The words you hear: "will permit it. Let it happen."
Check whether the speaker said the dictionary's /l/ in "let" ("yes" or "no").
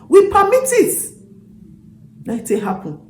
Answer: no